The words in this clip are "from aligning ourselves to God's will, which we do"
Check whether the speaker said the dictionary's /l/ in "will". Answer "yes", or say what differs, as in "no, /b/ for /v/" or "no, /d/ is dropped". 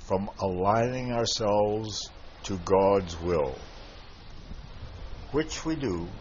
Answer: yes